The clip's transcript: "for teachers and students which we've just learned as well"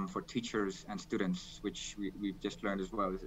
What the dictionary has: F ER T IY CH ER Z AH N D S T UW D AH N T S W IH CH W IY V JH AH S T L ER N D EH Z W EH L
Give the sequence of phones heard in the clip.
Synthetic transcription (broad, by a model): F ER T IY CH ER Z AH N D S T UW D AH N T S W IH CH W IY V JH AH S T L ER N D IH Z W EH L